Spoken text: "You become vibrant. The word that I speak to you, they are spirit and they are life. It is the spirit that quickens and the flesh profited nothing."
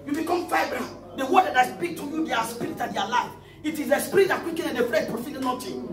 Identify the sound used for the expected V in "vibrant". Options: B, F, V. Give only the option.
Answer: F